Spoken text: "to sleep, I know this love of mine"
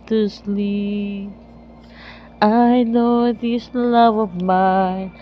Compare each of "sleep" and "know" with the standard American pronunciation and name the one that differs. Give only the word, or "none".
sleep